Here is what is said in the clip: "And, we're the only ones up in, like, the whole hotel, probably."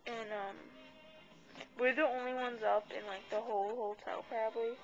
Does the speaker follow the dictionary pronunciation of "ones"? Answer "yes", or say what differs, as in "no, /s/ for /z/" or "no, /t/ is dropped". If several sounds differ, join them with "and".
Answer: yes